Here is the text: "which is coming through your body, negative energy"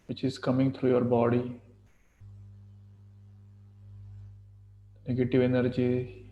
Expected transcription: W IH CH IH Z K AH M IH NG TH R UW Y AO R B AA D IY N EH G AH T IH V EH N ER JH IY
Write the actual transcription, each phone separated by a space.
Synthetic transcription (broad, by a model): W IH CH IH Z K AH M IH NG T R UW Y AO R B AA D IY N EH G AH T IH V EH N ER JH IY